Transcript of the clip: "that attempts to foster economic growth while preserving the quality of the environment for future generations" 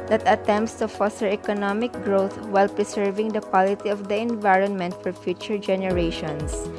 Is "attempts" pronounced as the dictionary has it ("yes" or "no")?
yes